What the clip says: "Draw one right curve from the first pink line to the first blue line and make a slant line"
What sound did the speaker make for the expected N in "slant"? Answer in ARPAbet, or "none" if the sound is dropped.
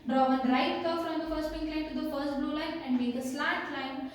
none